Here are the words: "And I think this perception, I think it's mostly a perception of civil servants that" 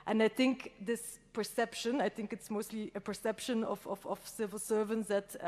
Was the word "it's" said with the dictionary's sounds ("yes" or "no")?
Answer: yes